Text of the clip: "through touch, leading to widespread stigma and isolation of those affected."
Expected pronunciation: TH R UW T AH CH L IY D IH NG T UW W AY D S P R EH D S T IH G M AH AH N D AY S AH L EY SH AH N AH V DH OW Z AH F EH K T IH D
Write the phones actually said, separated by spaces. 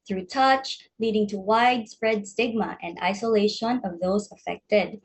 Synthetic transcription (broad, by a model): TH R UW T AH CH L IY D IH NG T UW W AY D S P R EH D S T IH G M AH AH N D AY S AH L EY SH AH N AH V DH OW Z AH F EH K T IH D